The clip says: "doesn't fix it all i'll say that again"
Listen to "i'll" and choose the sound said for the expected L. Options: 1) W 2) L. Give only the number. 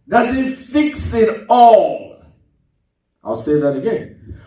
2